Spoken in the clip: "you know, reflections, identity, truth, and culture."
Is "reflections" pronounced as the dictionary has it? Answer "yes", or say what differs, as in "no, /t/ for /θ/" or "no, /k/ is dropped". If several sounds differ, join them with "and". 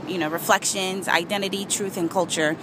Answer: yes